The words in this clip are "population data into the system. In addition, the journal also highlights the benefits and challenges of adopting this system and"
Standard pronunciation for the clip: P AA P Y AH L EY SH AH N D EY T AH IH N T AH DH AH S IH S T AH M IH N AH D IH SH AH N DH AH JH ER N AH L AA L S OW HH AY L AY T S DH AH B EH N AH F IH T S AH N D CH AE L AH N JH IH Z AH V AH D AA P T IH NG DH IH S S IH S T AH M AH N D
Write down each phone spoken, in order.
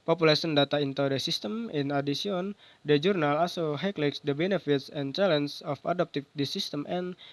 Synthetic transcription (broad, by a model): P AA P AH L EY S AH N D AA T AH IH N T AH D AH S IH S T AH M IH N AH D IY S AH N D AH JH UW N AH L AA S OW HH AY L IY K S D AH B EH N AH F IH T S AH N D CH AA L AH N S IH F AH D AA P T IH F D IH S S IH S T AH M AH N